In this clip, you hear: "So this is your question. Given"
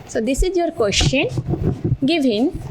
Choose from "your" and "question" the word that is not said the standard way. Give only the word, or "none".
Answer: question